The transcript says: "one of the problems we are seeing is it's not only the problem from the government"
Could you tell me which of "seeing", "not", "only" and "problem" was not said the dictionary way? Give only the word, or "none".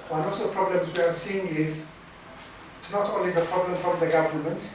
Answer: only